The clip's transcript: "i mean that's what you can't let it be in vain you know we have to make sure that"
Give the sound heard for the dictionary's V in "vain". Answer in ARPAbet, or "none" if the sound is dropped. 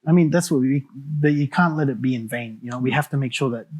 V